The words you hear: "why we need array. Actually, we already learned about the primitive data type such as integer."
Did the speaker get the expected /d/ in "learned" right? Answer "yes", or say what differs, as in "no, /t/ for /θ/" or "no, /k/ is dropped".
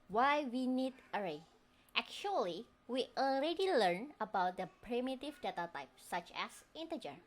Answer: no, /d/ is dropped